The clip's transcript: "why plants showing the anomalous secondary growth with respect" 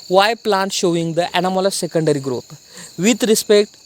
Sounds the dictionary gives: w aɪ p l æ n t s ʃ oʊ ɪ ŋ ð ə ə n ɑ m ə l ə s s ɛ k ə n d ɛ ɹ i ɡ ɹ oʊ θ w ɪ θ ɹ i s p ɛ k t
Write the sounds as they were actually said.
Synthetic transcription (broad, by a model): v aɪ p l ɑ n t ʃ oʊ ɪ ŋ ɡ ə ə n ɑ m ə l ə s s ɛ k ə n d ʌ ɹ i ɡ ɹ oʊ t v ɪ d ɹ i s p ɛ k t